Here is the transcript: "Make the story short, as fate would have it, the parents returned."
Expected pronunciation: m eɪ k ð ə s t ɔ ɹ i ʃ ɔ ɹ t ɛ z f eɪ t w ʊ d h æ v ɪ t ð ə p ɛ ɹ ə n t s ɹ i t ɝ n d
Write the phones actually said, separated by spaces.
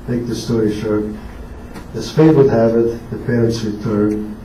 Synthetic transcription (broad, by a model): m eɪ k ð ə s t ɔ ɹ i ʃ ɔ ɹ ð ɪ s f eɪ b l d h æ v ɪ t ð ə p ɛ ɹ ə n t s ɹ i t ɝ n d